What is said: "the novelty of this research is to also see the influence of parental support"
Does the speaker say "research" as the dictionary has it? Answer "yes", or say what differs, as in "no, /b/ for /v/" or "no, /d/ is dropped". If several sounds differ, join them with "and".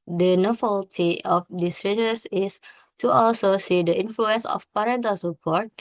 no, /s/ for /tʃ/